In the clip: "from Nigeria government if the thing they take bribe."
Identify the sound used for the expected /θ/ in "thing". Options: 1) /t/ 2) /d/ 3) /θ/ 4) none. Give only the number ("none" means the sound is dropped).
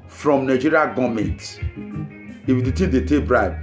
1